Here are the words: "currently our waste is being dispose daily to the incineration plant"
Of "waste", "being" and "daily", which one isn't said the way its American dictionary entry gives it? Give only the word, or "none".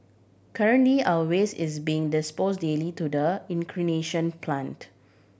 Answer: waste